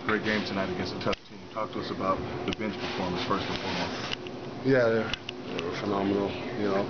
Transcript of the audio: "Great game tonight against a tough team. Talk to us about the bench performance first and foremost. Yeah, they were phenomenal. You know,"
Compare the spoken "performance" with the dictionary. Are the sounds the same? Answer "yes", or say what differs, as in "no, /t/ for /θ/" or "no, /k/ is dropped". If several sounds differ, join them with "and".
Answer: no, /n/ is dropped